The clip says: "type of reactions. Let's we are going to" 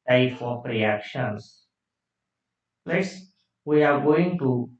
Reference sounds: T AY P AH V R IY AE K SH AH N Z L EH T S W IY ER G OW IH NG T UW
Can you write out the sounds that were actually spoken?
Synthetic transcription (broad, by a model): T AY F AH P R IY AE K SH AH N S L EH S W IY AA G OW IH NG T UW